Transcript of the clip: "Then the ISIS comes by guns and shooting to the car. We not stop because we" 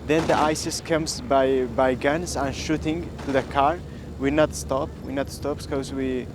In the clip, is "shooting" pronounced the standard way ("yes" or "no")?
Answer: yes